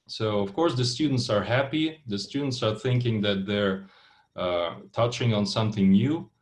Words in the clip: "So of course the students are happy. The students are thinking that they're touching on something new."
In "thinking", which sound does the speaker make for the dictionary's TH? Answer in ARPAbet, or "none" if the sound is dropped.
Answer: TH